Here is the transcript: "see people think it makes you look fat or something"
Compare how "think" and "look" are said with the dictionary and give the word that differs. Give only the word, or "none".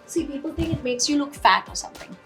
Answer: none